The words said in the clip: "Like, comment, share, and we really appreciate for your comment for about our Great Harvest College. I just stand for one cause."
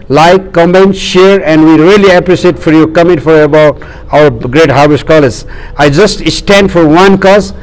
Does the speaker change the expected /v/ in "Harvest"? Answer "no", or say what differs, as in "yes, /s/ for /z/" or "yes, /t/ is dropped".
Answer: yes, /b/ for /v/